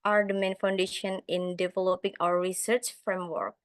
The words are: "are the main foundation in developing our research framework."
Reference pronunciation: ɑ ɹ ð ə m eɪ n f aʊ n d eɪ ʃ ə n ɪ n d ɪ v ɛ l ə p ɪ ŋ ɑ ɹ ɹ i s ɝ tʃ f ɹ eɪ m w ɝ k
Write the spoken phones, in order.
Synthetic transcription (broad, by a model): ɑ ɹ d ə m eɪ n f aʊ n d eɪ ʃ ə n ɪ n d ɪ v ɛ l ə p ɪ ŋ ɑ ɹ ɹ i s ɝ tʃ f ɹ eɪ m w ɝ k